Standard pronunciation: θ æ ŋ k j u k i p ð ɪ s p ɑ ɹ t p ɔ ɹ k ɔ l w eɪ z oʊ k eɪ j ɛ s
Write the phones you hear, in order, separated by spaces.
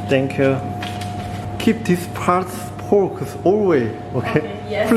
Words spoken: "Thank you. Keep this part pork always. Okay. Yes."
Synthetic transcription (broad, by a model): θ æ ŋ k j u k i p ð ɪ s p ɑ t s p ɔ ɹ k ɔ l w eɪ oʊ k eɪ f